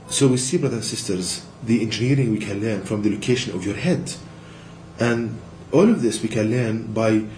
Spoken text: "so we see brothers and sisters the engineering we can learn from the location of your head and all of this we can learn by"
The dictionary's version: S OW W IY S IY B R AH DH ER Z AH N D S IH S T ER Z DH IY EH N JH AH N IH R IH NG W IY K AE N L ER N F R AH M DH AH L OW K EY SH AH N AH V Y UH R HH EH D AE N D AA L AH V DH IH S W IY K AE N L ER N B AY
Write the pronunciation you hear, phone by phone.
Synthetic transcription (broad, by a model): S OW W IY S IY B R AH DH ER AH N S IH S T ER Z DH IY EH N JH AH N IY R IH NG W IY K AE N L ER N F R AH M DH AH L OW K EY SH AH N AH V Y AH R HH EH D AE N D AA L AH V DH IH S W IY K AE N L ER N B AY